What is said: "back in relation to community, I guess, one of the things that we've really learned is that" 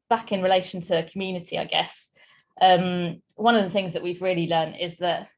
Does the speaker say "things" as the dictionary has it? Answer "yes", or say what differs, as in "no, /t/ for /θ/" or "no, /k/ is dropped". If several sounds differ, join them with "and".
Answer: yes